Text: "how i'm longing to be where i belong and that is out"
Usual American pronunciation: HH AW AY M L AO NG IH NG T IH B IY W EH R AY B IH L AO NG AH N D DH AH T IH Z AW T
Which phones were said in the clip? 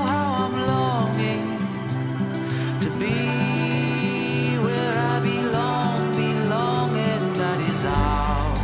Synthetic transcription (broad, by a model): HH AW AY M L AO NG IH NG T IH B IY W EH R AY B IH L AO NG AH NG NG DH AH T IH Z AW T